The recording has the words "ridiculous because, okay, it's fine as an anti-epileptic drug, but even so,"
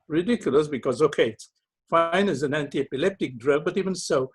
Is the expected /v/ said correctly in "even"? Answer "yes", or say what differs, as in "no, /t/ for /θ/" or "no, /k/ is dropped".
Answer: yes